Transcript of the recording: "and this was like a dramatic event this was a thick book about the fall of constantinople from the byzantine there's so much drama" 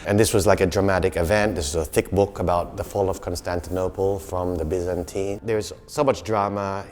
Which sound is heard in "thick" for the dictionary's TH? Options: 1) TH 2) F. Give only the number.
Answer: 1